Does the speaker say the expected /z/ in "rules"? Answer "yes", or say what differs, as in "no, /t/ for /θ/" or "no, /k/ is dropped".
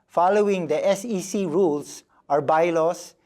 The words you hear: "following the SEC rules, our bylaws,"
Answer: no, /s/ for /z/